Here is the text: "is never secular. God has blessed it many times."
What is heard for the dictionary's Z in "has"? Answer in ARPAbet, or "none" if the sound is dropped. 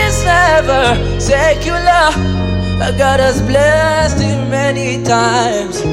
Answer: S